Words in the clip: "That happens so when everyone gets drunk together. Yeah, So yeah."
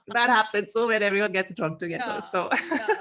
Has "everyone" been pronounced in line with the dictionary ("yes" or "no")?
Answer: yes